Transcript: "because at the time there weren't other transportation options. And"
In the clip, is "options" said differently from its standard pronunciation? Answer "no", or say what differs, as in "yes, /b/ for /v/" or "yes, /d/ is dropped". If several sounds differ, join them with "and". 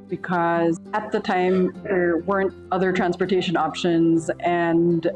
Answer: no